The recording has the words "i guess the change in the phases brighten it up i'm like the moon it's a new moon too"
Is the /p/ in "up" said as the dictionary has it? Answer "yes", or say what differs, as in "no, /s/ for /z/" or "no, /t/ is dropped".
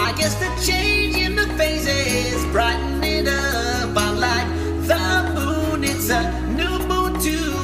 no, /b/ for /p/